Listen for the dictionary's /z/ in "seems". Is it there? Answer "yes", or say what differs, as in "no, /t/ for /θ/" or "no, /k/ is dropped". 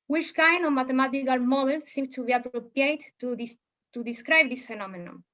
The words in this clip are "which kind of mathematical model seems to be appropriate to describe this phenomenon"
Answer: no, /z/ is dropped